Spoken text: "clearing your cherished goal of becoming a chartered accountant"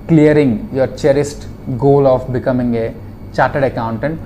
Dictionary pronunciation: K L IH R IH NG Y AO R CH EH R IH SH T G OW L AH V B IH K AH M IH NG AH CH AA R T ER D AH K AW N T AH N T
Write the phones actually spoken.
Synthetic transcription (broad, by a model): K L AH R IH NG Y AO R CH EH R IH S T G OW L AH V B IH K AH M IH NG AH CH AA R T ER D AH K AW N T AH N T